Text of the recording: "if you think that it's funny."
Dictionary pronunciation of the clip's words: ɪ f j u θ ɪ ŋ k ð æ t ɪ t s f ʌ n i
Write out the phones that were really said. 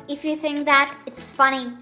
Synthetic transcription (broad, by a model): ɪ f j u θ ɪ ŋ k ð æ t ɪ t s f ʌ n i